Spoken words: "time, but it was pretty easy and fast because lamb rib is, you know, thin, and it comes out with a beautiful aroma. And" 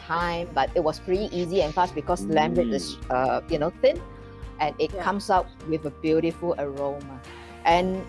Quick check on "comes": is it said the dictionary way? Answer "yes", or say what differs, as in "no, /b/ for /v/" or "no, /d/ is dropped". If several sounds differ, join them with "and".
no, /s/ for /z/